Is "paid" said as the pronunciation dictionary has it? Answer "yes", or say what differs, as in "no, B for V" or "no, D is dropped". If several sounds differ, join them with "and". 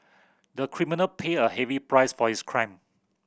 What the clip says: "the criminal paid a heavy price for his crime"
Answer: no, D is dropped